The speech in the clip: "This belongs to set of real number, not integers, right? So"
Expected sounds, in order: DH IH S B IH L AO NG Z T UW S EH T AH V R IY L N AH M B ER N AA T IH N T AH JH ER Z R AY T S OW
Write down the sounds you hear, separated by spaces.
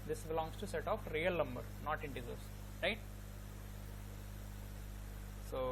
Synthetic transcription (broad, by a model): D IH S B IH L AO NG S T UW S EH T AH P R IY L N AH M B ER N AA T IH N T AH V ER S R AY T S OW